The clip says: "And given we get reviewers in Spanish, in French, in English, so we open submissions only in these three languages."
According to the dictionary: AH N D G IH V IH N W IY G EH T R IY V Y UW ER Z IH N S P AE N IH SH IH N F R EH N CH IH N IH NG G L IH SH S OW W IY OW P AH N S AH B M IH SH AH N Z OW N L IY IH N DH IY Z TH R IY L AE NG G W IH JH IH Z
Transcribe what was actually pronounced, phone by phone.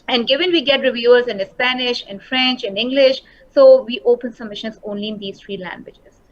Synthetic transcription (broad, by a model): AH N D G IH V IH N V IY G EH T R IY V Y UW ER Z IH N S P AE N IH SH IH N F R EH N CH IH N IH NG G L IH SH S OW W IY OW P AH N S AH M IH SH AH N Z OW N L IY IH N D IY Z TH R IY L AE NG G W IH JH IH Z